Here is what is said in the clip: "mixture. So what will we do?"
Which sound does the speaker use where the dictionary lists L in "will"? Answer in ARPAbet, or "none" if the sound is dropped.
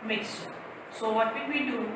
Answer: N